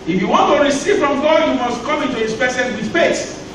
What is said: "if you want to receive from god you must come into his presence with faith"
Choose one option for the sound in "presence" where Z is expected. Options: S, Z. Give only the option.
S